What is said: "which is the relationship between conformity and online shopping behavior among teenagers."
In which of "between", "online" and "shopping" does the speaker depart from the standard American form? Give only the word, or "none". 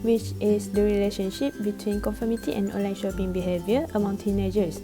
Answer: none